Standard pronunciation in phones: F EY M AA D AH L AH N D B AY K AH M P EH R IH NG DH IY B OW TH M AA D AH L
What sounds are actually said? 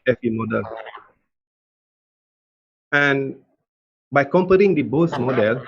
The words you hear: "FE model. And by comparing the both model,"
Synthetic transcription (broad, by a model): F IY M AA D AH L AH N B AY K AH M P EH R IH NG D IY B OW S M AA D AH L